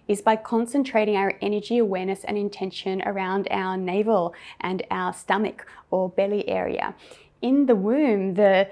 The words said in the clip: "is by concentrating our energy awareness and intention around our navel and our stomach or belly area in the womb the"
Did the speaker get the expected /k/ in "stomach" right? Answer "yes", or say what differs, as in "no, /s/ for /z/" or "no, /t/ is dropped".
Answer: yes